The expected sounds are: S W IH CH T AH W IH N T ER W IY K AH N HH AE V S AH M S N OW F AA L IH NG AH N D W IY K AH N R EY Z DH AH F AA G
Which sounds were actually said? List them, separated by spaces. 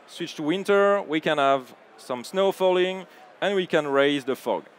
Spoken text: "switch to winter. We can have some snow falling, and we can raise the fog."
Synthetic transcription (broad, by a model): S W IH CH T W IH N T ER W IY K AH N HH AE V S AH M S N OW F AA L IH NG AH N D W IY K AH N R EY Z DH AH F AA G